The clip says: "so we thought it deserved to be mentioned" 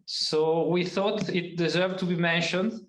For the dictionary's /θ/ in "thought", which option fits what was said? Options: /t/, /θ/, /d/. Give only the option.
/θ/